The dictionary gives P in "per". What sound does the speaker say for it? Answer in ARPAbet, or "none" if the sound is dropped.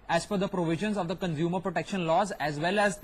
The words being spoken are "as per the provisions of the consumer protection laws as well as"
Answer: F